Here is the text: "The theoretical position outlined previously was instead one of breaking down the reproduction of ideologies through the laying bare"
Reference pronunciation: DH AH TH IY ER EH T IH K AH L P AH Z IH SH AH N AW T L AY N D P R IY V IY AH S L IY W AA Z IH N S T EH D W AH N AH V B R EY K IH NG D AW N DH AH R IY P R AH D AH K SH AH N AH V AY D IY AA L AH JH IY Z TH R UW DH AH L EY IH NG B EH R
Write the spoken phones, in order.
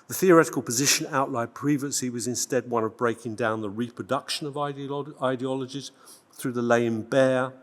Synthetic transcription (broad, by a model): DH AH TH IY ER EH T IH K AH L P AH Z IH SH AH N AW T L AY D P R IY V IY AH S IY W AA Z IH N S T EH D W AH N AH V B R EY K IH NG D AW N DH AH R IY P R AH D AH K SH AH N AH V AY D IY AA L AH JH IY Z TH R UW DH AH L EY IH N B EH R